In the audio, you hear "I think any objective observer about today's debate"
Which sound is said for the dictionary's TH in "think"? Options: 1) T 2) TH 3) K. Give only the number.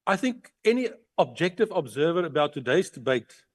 2